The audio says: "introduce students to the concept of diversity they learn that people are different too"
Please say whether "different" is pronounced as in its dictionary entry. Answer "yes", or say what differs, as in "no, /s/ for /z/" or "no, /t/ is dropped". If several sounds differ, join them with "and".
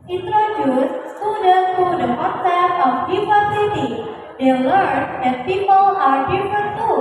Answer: no, /ɹ/ is dropped